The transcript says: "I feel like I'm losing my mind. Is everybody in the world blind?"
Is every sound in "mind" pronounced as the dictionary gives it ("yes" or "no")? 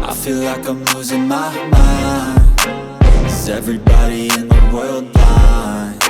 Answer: no